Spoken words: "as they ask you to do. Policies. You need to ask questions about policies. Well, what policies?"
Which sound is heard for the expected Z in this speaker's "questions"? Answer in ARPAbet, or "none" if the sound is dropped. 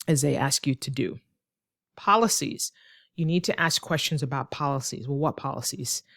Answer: Z